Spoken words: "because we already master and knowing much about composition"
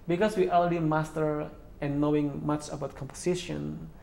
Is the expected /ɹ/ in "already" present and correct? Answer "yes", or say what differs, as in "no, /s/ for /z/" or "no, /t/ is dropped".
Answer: no, /l/ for /ɹ/